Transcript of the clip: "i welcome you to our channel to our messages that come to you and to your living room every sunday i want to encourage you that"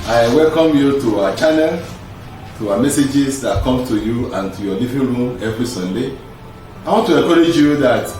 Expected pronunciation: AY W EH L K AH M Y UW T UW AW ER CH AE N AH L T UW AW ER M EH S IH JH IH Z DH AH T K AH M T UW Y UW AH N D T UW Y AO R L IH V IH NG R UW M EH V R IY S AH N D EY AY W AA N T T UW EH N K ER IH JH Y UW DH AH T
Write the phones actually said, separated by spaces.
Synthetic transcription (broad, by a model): AY W EH L K AH M Y UW T UW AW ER CH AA N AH L T UW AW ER M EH S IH JH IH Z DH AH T K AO M T UW Y UW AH N T UW Y AO L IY V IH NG R UW M EH V R IY S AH N D EY AY W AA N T T UW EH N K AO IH JH Y UW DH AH T